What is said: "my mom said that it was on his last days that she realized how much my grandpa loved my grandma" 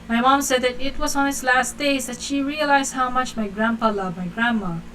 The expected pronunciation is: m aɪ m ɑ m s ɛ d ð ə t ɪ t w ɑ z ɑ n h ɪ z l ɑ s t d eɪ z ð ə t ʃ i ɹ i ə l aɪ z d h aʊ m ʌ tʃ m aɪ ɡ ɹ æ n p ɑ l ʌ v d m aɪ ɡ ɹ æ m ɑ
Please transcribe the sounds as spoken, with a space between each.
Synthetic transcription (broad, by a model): m aɪ m ɑ m s ɛ d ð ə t ɪ t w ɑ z ɑ n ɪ s l ɑ s t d eɪ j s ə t ʃ i ɹ i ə l aɪ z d h aʊ m ʌ tʃ m aɪ ɡ ɹ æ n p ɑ l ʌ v m aɪ ɡ ɹ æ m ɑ